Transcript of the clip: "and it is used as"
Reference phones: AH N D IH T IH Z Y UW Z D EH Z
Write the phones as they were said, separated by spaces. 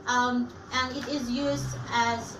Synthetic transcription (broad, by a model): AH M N IH T IH Z Y UW Z D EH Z